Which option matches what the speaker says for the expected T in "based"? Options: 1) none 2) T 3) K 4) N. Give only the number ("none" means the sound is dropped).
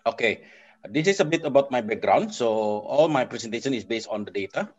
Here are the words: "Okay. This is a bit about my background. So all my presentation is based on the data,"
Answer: 2